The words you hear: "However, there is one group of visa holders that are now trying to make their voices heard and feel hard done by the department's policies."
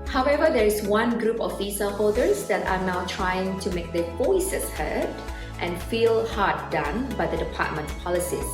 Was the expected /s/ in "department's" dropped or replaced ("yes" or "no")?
yes